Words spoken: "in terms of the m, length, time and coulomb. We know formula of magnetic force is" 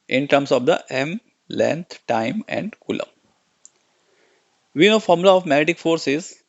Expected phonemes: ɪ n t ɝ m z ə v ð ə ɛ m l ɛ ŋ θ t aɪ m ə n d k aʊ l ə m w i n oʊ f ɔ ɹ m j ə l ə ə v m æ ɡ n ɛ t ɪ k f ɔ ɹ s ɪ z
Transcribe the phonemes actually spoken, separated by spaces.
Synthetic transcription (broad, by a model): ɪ n t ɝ m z ə v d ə ɛ m l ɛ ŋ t t aɪ m ə n d k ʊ l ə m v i n oʊ f ɔ ɹ m l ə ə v m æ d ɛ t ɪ k f ɔ ɹ s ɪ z